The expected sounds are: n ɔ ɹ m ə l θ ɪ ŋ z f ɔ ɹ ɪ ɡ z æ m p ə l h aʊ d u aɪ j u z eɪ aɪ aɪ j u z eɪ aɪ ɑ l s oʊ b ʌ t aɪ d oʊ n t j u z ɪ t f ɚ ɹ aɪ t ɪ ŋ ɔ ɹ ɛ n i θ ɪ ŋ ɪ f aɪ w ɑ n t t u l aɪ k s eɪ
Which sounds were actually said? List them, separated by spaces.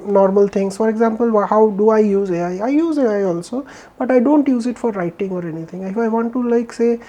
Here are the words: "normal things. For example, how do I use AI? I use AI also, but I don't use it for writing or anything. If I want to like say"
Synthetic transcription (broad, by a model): n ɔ ɹ m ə l t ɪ ŋ s f ɔ ɹ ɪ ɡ z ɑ m p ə l h aʊ d u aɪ j u z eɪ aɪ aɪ j u z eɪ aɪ ɑ l s oʊ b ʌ t aɪ d oʊ n t j u z ɪ t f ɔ ɹ aɪ t ɪ ŋ ɔ ɹ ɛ n i t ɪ ŋ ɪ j aɪ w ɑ n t t u l aɪ k s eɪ